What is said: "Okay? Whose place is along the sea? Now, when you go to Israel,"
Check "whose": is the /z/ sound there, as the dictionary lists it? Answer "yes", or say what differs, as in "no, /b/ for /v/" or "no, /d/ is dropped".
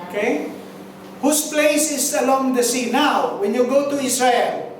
no, /s/ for /z/